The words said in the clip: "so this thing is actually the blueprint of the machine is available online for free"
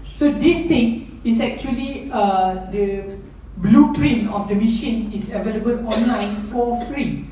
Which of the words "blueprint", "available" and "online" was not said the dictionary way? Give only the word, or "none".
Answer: blueprint